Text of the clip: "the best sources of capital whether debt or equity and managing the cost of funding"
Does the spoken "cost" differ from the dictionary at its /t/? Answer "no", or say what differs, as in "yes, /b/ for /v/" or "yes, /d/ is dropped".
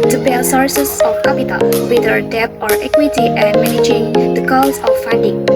yes, /t/ is dropped